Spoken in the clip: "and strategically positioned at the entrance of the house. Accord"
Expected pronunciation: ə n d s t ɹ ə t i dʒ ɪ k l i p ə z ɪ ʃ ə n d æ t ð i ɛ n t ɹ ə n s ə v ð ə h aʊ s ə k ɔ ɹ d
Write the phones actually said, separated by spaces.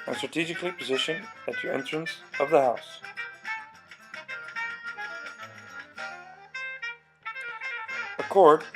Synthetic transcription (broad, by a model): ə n s t ɹ ə t i dʒ ɪ k l i p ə z ɪ ʃ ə n ɪ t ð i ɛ n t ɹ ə n s ə v ð ə h aʊ s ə k ɔ ɹ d